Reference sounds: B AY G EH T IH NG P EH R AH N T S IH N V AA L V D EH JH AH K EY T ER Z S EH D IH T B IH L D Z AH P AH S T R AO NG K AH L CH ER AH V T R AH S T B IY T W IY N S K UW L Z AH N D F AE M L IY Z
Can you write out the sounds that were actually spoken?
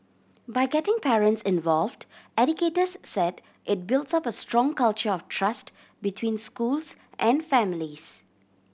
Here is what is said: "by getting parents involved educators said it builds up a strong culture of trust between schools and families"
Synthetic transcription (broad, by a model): B AY G EH T IH NG P EH R AH N T S IH N V AA L V D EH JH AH K EY T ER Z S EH D IH T B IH L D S AH P AH S T R AO NG K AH L CH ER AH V T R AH S T B IY T W IY N S K UW L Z AH N D F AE M L IY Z